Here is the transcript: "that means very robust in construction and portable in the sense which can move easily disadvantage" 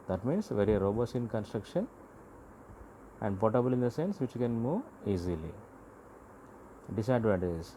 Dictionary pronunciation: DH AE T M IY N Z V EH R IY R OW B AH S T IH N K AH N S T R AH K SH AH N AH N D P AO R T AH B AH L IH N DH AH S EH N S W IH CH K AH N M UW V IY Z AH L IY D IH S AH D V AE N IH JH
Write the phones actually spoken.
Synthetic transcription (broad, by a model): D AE T M IY N S V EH R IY R OW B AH S IH N K AH N S T R AH K SH AH N AH N D P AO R T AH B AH L IH N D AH S EH N S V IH CH K AH N M UW V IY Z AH L IY D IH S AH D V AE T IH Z